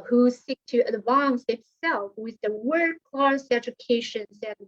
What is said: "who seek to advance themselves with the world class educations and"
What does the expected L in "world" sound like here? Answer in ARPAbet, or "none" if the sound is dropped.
none